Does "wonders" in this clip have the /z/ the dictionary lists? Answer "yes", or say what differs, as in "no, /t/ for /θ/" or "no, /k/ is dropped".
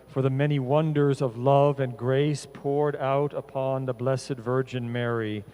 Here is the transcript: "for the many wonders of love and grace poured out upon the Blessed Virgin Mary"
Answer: yes